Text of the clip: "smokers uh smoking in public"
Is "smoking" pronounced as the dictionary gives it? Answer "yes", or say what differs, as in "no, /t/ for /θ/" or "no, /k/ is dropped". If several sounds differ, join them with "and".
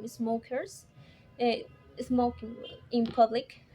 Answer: no, /k/ is dropped